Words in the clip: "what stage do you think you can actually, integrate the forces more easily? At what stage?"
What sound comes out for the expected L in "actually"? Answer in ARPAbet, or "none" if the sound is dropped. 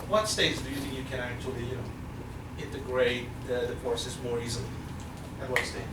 N